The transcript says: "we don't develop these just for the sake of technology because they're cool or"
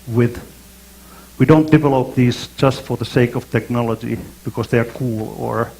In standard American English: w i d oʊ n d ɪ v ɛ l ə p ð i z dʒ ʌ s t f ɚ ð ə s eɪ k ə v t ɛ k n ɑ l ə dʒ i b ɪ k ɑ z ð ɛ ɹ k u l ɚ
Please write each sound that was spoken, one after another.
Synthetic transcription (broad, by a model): w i d oʊ n d ɪ v ɛ l ə p ð i z dʒ ʌ s t f ɚ ð ə s eɪ k ə v t ɛ k n ɑ l ə dʒ i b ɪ k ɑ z ð ɛ ɹ k u l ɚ